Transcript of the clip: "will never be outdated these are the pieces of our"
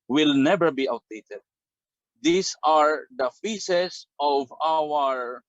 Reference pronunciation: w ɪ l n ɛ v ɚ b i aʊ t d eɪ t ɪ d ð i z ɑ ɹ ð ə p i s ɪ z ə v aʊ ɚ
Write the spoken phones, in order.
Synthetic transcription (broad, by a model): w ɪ l n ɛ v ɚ b i aʊ t d eɪ t ɪ d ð i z ɑ ɹ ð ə f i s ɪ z ə v aʊ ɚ